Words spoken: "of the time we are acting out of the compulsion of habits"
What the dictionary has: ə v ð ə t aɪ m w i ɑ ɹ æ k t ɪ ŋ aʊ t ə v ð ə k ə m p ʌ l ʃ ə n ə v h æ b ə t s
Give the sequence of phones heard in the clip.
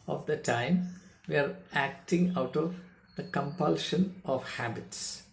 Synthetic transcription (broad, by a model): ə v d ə t aɪ m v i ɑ ɹ æ k t ɪ ŋ aʊ t ə v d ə k ə m p ʌ l ʃ ə n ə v h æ b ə t s